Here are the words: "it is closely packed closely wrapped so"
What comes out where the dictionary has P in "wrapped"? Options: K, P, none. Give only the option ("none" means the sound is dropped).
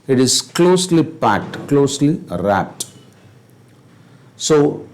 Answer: none